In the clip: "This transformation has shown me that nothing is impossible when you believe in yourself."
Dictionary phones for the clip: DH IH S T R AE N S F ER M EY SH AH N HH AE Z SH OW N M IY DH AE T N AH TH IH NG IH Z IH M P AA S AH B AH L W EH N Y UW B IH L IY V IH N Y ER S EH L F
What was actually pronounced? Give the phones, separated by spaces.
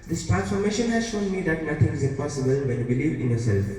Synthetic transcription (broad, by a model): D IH S T R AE N S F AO M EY SH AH N HH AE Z SH OW N M IY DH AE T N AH T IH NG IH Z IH P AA S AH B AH L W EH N Y UW B IH L IY V IH N Y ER S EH L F